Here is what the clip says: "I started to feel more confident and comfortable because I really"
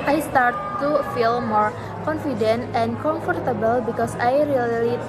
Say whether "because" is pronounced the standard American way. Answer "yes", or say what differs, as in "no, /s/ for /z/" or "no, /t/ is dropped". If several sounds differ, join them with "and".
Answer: no, /s/ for /z/